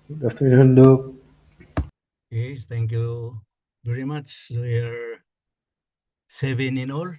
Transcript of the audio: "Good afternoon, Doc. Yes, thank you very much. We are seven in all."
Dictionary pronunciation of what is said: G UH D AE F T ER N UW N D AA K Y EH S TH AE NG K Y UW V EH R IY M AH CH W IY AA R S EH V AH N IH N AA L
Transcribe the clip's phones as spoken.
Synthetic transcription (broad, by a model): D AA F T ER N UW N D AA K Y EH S T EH NG K Y UW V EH R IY M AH CH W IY AA R S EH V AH N IH N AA L